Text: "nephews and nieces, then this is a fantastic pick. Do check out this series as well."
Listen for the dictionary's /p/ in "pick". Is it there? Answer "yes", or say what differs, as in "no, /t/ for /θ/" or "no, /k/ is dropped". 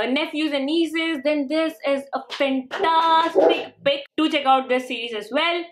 no, /b/ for /p/